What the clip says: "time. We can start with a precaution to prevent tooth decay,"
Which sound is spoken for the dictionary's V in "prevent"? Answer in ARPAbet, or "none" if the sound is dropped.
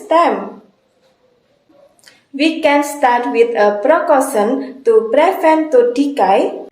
F